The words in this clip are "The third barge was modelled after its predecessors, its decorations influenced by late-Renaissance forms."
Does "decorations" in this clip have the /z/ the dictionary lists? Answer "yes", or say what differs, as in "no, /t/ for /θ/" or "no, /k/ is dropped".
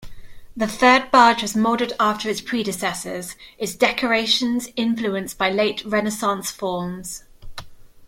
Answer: yes